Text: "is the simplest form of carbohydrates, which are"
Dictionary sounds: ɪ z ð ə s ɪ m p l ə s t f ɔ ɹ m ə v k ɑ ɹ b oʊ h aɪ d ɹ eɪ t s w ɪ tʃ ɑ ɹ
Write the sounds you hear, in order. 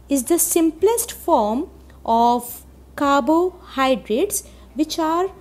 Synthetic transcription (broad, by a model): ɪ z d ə s ɪ m p l ə s t f ɔ ɹ m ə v k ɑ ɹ b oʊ h aɪ d ɹ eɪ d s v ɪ tʃ ɑ ɹ